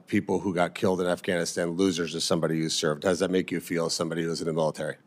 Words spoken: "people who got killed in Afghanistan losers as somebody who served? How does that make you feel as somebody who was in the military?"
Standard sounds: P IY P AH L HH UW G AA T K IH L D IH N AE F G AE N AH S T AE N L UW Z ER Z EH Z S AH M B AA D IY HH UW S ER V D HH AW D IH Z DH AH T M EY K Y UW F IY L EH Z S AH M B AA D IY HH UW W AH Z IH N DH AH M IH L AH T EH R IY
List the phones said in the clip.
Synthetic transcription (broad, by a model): P IY P L HH UW G AA T K IH L D IH N AE F G AE N AH S T AE N L UW Z ER Z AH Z S AH M B AA D IY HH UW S ER V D D IH Z DH AH T M EY K Y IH F IY L S AH M B AA D IY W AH Z IH N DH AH M IH L AH T EH R IY